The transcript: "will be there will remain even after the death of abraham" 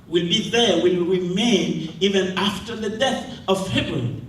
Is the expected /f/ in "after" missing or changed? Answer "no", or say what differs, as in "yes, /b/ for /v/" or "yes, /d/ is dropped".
no